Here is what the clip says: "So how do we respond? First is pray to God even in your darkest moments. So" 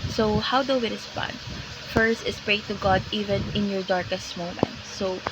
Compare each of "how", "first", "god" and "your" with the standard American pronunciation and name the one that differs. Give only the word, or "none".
none